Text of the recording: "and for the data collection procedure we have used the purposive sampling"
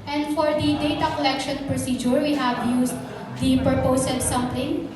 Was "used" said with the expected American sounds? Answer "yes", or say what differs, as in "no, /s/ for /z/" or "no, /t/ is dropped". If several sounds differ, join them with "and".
no, /s/ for /z/